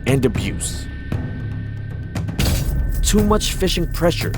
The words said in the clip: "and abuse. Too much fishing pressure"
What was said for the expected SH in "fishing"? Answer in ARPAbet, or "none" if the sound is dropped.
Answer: SH